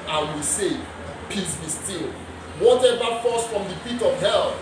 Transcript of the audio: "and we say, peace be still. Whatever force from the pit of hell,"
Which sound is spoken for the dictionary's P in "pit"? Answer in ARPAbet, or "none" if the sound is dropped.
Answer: F